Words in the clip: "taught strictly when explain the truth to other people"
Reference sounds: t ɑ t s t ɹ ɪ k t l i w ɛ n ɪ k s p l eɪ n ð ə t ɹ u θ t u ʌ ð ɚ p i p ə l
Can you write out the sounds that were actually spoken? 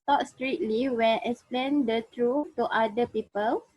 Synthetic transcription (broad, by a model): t ɑ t s t ɹ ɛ t l i w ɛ n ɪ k s p l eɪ n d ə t ɹ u t u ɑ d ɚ p i p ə l